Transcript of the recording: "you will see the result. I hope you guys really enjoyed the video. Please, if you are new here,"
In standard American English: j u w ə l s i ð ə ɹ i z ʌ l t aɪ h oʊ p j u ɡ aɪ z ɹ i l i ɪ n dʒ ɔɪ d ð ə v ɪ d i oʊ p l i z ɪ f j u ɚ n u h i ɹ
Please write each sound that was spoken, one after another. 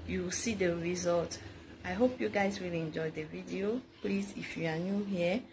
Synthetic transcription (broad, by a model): j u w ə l s i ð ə ɹ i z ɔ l t aɪ h oʊ p j u ɡ aɪ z w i l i n dʒ ɔɪ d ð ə v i d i oʊ p l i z ɪ f j u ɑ n u h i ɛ